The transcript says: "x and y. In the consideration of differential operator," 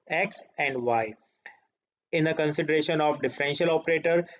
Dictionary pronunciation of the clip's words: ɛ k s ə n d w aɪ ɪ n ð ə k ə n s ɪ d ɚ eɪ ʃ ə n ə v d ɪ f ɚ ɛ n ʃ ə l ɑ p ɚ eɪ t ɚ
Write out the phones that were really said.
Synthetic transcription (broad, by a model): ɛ k s ə n d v aɪ ɪ n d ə k ə n s ɪ d ɚ eɪ ʃ ə n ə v d ɪ f ɚ ɛ n ʃ ə l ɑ p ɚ eɪ t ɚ